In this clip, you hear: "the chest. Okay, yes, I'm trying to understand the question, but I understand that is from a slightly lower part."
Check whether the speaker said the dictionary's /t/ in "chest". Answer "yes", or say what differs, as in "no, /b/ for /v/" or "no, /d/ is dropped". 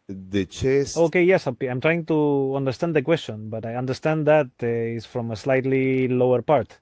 no, /t/ is dropped